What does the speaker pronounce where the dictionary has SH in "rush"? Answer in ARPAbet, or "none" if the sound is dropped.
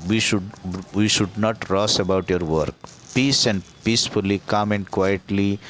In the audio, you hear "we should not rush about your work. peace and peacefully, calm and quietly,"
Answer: S